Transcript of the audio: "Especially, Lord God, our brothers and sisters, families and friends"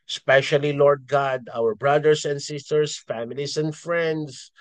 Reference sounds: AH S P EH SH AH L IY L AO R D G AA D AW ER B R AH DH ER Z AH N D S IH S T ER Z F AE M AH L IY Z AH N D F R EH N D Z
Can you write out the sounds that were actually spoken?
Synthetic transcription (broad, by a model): S P EH SH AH L IY L AO R D G AA D AW ER B R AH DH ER S AH N D S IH S T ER S F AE M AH L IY S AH N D F R EH N D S